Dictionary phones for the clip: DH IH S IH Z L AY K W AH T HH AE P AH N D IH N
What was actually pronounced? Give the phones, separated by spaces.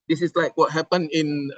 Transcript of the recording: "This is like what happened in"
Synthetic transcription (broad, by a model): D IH S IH S L AY K W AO T HH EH P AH N IH N